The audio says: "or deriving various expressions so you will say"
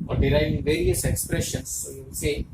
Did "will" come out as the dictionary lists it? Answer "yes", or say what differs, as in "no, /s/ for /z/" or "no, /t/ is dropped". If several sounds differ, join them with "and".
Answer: no, /n/ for /l/